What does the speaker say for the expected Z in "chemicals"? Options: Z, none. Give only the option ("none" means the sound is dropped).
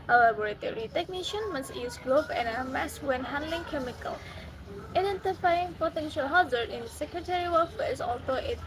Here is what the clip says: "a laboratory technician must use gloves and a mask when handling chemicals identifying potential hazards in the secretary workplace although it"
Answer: none